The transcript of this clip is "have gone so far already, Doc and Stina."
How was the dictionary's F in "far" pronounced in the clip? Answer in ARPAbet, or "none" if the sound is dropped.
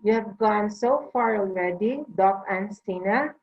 F